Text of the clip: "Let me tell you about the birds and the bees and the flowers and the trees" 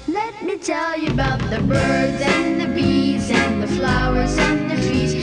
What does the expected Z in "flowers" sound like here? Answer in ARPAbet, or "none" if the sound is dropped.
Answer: Z